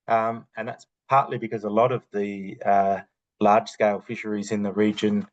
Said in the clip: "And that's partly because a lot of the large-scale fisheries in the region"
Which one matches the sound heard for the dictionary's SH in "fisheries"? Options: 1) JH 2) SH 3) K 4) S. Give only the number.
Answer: 2